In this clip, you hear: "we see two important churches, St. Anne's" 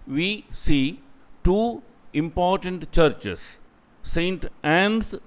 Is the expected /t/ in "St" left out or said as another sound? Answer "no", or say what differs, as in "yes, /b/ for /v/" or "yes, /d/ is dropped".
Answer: no